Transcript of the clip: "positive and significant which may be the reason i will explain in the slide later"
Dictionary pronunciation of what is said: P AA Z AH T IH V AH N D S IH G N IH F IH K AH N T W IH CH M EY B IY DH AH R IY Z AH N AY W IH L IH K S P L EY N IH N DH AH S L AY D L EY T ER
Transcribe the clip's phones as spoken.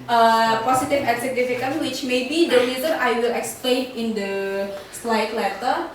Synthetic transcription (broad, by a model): P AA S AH T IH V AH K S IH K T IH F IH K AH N W IH CH M EY B IY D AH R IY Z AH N AY W IH L IH K S P L EY N IH N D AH S L AY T L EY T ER